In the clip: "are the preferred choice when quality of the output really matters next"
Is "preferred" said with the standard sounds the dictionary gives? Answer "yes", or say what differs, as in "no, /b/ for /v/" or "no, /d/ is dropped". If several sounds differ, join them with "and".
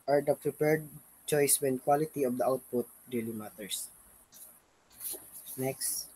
no, /p/ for /f/